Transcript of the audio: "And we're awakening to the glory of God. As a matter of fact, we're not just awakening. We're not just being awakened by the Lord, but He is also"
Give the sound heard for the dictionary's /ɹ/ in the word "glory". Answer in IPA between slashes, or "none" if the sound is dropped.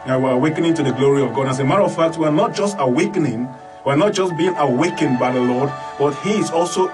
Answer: /ɹ/